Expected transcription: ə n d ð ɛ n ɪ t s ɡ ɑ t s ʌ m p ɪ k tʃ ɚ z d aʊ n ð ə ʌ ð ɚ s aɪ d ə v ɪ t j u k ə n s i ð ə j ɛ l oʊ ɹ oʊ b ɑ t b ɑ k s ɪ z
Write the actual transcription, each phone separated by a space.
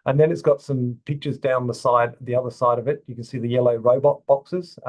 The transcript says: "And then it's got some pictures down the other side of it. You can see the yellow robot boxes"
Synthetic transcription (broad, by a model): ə n ð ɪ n ɪ t s ɡ ɑ t s ʌ m p ɪ k tʃ ɚ z d aʊ n ð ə ʌ ð ɚ s aɪ d ə v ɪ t j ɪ k ə n s i ð ə j ɛ l oʊ ɹ oʊ b ɑ t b ɑ k s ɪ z